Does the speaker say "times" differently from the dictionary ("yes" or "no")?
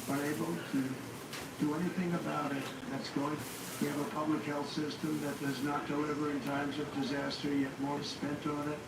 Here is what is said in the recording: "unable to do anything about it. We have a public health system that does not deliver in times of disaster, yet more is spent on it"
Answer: no